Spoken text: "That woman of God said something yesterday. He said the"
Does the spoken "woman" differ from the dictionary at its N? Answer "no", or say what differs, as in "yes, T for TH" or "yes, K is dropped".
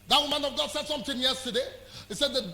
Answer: no